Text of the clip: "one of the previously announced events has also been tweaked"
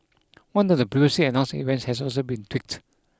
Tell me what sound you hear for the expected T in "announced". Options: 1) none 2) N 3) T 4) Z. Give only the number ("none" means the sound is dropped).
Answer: 1